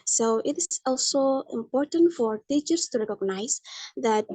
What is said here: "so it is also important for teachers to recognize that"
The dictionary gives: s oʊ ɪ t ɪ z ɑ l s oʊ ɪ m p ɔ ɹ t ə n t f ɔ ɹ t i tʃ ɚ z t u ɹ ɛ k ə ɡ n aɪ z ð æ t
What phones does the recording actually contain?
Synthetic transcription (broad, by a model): s oʊ ɪ t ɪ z ɑ l s oʊ ɪ m p ɔ ɹ t ə n t f ɔ ɹ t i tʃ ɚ s t u ɹ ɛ k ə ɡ n aɪ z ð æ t